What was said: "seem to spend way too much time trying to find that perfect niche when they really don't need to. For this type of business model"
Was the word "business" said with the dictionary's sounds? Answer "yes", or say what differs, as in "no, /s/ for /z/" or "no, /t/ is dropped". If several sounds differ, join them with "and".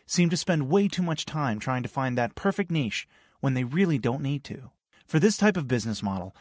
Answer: yes